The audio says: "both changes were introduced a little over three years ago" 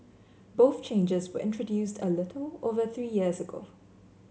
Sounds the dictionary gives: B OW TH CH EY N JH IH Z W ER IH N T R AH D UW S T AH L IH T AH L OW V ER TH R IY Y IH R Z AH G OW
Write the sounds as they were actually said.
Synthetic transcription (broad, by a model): B OW TH CH EY N JH IH Z W ER IH N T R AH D UW S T AH L IH T L OW V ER TH R IY Y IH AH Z AH G OW